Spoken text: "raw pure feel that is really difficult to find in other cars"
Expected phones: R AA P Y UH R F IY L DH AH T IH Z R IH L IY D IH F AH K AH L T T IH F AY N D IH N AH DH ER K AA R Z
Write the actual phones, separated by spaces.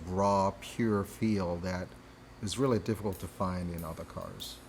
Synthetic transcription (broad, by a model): R AA P Y UH R F IY L DH AH T IH Z R IH L IY D IH F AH K L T T IH F AY N D IH N AH DH ER K AA R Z